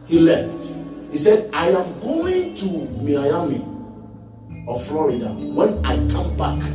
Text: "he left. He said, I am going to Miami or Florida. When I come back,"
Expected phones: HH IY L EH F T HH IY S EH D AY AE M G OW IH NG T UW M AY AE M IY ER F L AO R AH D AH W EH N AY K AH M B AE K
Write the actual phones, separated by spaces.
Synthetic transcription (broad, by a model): HH IY L EH F T HH IY S EH D AY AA M G OW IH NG T UW M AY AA M IY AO F L AO R AH D AH W EH N AY K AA M B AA K